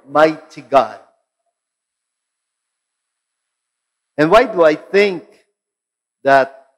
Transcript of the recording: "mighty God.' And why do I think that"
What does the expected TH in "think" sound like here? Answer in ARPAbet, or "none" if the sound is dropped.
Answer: TH